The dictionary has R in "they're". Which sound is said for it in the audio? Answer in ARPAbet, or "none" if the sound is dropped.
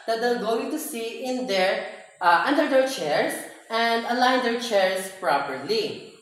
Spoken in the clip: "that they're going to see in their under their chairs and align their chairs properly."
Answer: L